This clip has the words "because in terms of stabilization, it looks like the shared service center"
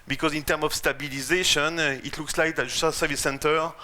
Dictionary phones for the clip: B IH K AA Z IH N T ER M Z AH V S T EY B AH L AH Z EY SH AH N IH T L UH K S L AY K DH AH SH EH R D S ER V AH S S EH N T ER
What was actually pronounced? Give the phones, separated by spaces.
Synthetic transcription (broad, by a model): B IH K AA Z IH N T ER M AH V S T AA B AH L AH Z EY SH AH N IH T L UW K S L AY K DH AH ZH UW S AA S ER V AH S S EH N T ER